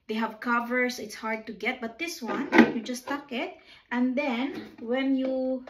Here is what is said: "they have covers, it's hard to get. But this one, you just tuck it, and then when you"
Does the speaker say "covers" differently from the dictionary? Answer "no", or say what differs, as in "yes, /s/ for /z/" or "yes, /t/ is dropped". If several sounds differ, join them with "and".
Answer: yes, /s/ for /z/